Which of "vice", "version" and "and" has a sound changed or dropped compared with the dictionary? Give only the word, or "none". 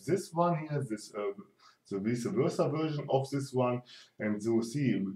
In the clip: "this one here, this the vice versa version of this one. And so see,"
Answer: vice